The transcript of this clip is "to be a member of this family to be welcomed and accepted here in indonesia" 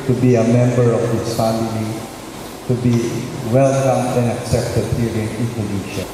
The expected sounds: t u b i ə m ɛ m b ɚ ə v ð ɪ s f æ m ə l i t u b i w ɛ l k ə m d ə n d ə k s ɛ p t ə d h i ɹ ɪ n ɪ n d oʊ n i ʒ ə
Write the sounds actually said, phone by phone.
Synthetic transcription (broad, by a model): t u b i ə m ɛ m b ɚ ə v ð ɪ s f æ m ə l i t u b i w ɛ l k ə m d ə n ə k s ɛ p t ə d h i ɹ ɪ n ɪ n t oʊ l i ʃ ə